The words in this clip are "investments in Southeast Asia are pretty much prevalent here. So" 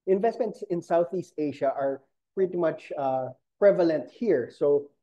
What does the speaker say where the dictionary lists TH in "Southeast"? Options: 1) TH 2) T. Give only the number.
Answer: 1